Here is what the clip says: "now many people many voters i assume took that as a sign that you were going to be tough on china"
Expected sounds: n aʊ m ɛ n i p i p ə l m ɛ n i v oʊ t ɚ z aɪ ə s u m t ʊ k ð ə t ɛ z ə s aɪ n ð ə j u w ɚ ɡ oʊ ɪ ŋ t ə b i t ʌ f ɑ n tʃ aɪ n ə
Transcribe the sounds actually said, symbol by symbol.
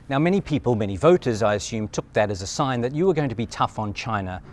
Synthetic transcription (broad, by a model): n aʊ m ɛ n i p i p ə l m ɛ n i v oʊ t ɚ z aɪ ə s u m t ʊ k ð ə t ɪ z ə s aɪ n ð ə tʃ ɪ w ɚ ɡ oʊ ɪ ŋ t ə b i t ʌ f n tʃ aɪ n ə